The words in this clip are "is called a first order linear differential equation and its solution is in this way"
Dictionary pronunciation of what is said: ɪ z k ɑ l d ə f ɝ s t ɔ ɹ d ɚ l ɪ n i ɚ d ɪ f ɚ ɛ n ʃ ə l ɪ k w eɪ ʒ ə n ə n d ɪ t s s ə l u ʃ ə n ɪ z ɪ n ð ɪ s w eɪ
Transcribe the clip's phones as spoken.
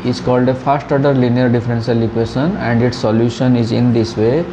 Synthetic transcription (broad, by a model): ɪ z k ɑ l d ə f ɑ s t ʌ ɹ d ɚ l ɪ n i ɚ d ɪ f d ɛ n s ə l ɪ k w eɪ ʃ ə n ə n d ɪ t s s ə l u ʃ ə n ɪ z ɪ n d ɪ s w eɪ